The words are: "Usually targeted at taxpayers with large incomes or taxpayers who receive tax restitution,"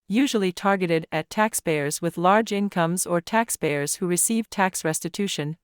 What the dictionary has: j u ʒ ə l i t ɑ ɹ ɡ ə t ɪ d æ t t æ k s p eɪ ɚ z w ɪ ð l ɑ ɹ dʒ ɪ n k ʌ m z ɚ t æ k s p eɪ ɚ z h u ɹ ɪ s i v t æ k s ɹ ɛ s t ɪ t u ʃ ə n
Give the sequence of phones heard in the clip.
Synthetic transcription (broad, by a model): j u ʒ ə l i t ɑ ɹ ɡ ə t ɪ d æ t t æ k s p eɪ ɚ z w ɪ ð l ɑ ɹ dʒ ɪ n k ʌ m z ɚ t æ k s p eɪ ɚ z h u ɹ ɪ s i v t æ k s ɹ ɛ s t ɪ t u ʃ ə n